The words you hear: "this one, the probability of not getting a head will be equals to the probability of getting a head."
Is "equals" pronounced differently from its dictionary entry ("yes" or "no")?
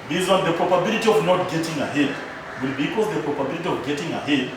yes